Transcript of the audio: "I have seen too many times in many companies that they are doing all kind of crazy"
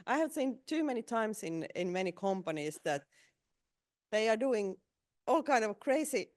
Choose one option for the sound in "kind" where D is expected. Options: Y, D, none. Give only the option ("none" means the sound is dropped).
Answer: D